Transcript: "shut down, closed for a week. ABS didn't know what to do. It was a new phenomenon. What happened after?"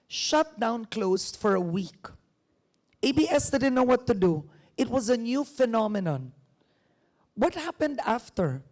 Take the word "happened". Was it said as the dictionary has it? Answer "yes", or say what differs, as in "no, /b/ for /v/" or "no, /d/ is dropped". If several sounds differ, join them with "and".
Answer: yes